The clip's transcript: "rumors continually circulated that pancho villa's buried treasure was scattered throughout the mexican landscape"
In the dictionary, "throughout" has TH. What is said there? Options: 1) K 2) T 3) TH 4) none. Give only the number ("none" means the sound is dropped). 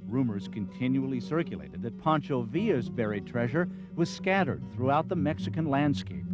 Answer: 3